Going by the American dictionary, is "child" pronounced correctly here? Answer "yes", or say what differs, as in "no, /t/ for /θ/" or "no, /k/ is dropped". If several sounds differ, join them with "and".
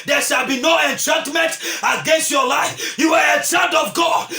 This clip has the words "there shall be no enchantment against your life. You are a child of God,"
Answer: no, /n/ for /l/